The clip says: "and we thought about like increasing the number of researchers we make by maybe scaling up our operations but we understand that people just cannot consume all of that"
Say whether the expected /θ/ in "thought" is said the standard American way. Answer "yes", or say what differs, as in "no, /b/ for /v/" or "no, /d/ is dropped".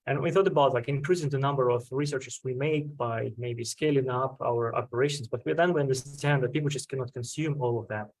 yes